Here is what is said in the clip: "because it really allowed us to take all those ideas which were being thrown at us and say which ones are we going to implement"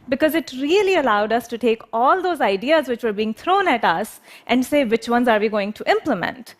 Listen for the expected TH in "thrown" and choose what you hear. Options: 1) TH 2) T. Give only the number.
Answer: 2